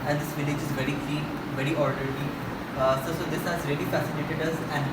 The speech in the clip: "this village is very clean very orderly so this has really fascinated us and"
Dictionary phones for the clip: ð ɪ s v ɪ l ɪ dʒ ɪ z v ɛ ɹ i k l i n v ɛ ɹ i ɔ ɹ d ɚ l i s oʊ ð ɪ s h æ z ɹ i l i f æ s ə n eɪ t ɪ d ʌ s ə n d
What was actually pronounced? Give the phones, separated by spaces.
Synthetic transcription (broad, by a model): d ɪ s v ɪ l ɪ dʒ ɪ z v ɛ ɹ i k i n v ɛ ɹ i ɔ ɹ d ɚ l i s oʊ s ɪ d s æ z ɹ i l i f æ s ə n eɪ t ɪ d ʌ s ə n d